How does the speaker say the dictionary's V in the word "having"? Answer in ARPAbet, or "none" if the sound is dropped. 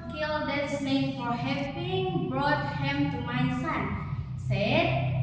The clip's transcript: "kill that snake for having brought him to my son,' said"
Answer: P